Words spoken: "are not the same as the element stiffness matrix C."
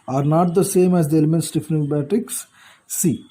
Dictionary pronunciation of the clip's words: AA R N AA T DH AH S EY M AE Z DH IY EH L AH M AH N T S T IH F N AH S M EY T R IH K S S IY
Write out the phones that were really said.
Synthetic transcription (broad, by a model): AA R N AA T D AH S EY M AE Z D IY EH L AH M AH N T S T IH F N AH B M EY T IH K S S IY